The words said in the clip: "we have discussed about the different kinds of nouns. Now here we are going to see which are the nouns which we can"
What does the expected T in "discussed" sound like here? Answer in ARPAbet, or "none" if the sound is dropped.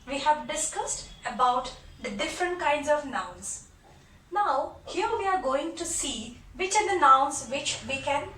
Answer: T